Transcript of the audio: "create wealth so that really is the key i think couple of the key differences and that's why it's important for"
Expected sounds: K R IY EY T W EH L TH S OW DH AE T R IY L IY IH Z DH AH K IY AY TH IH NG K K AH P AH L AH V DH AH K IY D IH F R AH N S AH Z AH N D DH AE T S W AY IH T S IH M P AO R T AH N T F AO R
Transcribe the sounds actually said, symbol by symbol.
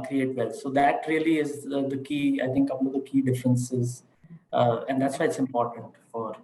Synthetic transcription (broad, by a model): K R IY EY T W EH L S OW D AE T R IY L IY IH Z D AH K IY AY T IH NG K K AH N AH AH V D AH K IY D IH F R AH N S AH Z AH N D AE T S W AY IH T S IH M P AO R T AH N T F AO R